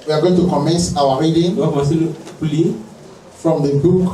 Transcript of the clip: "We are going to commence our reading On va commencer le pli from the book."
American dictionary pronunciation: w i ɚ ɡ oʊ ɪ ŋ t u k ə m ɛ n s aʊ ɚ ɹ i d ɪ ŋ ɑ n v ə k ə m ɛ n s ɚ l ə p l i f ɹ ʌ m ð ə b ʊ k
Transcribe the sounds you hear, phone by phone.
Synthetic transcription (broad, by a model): w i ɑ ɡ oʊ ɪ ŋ t u k ə m ɛ n s aʊ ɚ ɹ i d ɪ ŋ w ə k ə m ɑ s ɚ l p l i f ɹ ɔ m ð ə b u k